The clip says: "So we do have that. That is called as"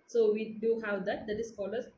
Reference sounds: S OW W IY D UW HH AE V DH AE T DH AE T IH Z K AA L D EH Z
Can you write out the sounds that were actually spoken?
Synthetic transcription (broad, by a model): S OW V IY D UW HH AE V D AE T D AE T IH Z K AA L AH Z